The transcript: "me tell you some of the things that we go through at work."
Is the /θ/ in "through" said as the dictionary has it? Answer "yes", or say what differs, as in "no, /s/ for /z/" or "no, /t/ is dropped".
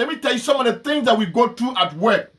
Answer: no, /t/ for /θ/